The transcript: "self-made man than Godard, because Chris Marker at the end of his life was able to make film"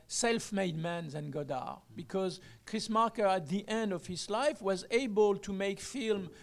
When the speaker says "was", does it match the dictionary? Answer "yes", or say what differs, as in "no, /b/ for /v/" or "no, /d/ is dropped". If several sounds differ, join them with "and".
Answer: yes